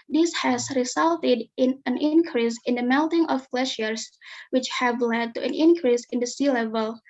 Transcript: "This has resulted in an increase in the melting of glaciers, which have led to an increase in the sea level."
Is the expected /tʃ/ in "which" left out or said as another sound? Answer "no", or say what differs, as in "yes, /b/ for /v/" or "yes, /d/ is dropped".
no